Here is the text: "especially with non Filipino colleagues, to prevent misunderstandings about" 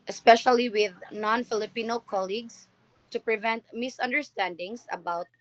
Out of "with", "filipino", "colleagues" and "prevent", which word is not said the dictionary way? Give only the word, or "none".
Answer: colleagues